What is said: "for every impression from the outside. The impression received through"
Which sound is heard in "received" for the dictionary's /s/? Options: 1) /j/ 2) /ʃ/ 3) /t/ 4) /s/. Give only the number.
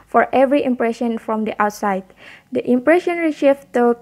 2